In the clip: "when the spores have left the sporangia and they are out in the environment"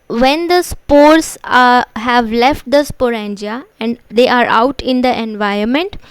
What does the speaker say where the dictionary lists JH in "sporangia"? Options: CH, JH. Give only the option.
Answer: JH